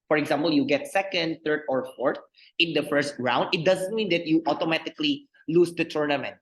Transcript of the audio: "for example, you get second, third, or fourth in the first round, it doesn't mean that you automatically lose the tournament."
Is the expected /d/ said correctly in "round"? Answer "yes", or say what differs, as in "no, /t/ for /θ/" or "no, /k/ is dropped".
yes